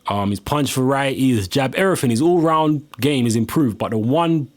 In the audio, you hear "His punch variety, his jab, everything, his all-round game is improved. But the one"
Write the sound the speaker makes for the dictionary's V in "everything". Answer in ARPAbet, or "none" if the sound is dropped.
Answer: none